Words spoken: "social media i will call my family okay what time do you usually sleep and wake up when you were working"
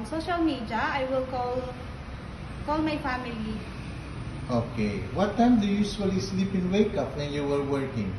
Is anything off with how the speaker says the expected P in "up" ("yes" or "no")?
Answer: no